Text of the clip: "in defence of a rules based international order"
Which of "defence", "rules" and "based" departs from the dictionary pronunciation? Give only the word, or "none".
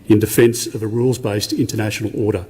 none